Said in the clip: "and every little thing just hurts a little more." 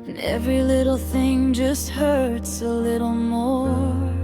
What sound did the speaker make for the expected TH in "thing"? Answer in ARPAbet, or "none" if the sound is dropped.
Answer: TH